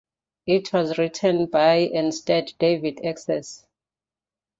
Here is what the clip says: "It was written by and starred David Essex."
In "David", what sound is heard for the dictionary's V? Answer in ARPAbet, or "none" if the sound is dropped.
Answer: V